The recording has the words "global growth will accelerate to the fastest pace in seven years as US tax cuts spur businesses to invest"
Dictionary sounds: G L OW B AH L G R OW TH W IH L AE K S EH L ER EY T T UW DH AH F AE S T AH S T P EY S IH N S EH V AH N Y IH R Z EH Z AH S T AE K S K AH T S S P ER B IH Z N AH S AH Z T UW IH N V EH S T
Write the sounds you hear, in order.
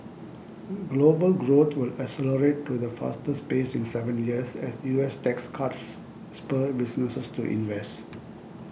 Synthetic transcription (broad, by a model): G L OW B AH L G R OW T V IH L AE S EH L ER EY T T UW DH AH F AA S T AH S P EY S IH N S EH V AH N Y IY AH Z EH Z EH S T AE K S K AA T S S P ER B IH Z N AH S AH S T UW IH N V EH S T